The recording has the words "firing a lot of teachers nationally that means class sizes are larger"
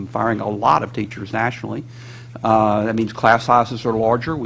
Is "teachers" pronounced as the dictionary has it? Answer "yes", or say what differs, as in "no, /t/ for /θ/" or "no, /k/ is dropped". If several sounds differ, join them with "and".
yes